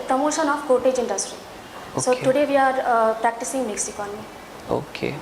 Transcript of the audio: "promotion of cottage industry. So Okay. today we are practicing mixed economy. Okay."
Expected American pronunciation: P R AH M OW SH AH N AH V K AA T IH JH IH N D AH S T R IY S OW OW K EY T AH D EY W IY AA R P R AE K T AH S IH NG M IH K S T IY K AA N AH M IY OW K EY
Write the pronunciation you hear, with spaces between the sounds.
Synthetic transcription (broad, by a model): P R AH M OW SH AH N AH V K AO T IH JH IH N D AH S T R IY S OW OW T AH D EY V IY AA R P R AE K T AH S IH NG M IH K S IY K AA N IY OW K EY